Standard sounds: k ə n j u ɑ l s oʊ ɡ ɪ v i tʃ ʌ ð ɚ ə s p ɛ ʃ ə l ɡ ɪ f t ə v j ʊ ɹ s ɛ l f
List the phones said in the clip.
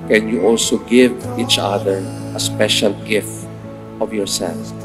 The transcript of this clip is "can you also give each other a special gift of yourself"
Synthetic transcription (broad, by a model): k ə n j u ɑ l s oʊ ɡ ɪ v i tʃ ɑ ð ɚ ə s p ɛ ʃ ə l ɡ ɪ f ə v j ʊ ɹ s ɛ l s